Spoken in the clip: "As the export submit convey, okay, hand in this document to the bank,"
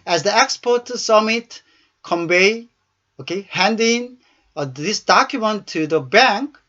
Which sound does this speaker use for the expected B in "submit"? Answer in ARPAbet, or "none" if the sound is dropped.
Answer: none